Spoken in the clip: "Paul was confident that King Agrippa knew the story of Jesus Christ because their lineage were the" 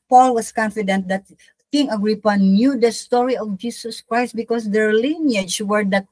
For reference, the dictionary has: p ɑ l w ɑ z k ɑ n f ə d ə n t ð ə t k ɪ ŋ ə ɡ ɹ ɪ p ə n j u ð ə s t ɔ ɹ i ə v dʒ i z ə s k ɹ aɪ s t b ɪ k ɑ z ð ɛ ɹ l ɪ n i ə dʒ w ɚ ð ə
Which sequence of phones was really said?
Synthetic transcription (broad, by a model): p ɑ l w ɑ s k ɑ n f ə d ə n t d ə t k ɪ ŋ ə ɡ ɹ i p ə n j u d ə s t ɔ ɹ i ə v dʒ i s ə s k ɹ aɪ s t b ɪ k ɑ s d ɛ ɹ l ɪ n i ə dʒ w ɚ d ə